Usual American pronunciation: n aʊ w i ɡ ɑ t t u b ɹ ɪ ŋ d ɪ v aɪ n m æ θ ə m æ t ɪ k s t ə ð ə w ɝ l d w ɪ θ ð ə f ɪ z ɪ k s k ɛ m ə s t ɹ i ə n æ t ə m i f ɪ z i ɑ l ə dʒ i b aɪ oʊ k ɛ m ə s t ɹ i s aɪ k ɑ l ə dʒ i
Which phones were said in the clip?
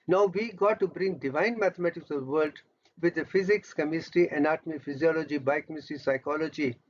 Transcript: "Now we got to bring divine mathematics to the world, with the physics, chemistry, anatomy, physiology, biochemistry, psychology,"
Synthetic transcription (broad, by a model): n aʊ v i ɡ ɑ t t u b ɹ ɪ ŋ d ɪ v aɪ n m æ t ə m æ t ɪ k s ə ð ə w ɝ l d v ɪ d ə f ɪ z ɪ k s k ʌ m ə s t i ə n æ t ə m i f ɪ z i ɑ l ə dʒ i b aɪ k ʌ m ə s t i s aɪ k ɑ l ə dʒ i